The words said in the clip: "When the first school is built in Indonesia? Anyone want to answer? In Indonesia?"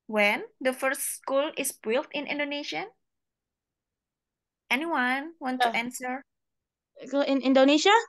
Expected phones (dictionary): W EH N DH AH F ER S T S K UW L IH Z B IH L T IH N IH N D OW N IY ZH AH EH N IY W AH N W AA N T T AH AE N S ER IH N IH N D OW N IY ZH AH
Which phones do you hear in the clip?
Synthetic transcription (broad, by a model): W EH N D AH F ER S T S K UW L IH S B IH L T IH N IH N D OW N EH SH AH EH N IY W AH N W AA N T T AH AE N S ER IH N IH N D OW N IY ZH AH